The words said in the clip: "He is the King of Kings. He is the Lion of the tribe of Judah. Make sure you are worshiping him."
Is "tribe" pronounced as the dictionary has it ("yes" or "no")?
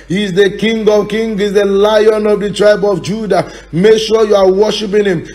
yes